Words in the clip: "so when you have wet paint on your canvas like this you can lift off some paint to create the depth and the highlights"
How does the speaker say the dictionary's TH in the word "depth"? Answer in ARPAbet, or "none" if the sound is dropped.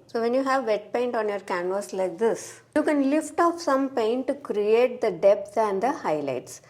S